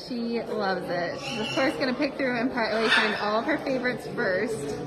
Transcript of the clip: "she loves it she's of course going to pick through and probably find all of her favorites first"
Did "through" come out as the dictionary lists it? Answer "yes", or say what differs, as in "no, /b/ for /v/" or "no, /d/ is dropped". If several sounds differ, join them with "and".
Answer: yes